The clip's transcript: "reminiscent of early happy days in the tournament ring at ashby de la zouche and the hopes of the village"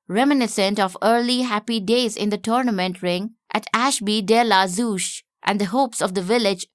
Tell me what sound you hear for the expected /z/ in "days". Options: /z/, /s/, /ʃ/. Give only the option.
/z/